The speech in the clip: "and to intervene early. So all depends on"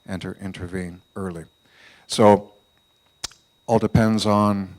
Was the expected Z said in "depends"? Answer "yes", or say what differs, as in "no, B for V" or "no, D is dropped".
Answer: yes